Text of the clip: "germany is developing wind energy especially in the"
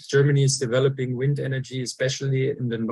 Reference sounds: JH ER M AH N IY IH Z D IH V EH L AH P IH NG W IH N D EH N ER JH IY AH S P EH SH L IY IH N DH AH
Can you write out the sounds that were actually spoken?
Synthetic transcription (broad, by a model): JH ER M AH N IY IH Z D IH V EH L AH P IH NG W IH N D EH N ER JH IY AH S P EH SH L IY IH N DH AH